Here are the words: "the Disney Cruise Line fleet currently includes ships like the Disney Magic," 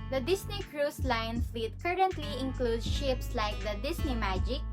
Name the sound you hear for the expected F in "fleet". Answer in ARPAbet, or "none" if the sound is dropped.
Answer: F